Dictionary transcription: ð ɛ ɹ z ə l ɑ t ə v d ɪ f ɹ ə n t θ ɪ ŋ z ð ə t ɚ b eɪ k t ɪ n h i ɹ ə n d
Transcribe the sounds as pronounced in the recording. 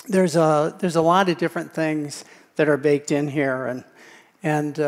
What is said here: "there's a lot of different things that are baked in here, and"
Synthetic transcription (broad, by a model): ð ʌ ɹ z ə l ɑ t ə v d ɪ f ɹ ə n θ ɪ ŋ z ð ə t ɚ b eɪ k t ɪ n h i ɹ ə n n